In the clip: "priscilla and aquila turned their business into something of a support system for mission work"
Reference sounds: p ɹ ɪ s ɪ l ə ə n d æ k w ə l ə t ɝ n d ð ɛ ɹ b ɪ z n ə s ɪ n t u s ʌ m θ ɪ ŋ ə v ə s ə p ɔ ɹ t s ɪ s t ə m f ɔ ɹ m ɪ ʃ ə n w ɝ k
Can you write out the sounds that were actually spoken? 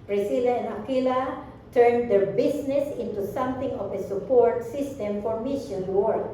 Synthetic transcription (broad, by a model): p ɹ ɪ s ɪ l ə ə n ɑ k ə l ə t ɝ n d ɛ ɹ b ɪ s n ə s ɪ n t u s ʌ m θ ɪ ŋ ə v ə s ə p ɔ ɹ t s ɪ s t ə m f ɔ ɹ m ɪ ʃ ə n w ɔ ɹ